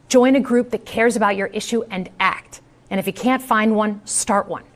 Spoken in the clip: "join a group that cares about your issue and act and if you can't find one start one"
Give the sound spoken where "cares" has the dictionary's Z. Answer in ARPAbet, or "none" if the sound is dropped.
Z